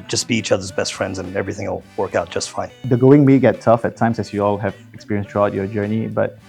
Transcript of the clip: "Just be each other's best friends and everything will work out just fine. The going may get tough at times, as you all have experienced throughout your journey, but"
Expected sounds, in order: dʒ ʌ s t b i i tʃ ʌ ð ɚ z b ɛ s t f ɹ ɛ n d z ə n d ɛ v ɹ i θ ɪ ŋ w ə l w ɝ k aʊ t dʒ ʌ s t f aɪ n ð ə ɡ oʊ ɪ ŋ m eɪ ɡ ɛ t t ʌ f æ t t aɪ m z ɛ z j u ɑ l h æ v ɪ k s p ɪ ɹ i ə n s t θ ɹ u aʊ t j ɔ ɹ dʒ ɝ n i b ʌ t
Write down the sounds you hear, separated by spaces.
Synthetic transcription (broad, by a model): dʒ ʌ s b i i tʃ ʌ ð ɚ z b ɛ s t f ɹ ɛ n d z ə n ɛ v ɹ i θ ɪ ŋ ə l w ɝ k aʊ t dʒ ʌ s t f aɪ n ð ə ɡ oʊ ɪ ŋ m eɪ ɡ ɛ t t ʌ f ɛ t t aɪ m s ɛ s j u ɑ l h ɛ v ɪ k s p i ɹ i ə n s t ɹ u aʊ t j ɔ dʒ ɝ n i b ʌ t